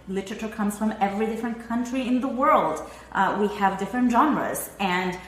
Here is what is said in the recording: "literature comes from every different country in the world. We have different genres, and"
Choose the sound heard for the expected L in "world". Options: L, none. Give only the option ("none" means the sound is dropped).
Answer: L